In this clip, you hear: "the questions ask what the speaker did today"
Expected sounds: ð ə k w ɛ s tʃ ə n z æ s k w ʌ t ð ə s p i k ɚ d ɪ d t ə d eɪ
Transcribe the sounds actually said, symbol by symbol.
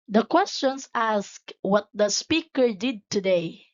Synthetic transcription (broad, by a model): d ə k w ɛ s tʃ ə n s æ s k w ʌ t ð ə s p i k ɚ d ɪ d t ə d eɪ